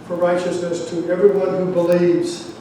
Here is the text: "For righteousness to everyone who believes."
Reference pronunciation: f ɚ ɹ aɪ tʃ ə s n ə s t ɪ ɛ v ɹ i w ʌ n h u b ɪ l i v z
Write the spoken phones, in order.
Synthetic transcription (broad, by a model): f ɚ ɹ aɪ tʃ ə s n ə s t ɪ ɛ v ɹ i w ʌ n h u b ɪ l i v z